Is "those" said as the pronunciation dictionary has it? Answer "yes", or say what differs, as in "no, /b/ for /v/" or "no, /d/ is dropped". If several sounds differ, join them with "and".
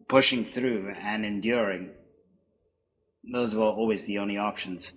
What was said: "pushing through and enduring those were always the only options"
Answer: yes